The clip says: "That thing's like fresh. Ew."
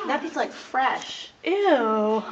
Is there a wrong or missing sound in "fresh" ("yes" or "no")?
no